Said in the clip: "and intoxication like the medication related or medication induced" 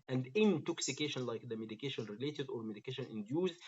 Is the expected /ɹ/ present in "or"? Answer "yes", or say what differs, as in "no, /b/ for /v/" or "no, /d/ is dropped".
yes